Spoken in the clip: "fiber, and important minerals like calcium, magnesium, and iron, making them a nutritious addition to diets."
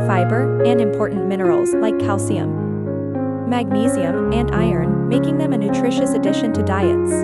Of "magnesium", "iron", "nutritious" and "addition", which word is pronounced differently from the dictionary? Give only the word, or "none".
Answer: none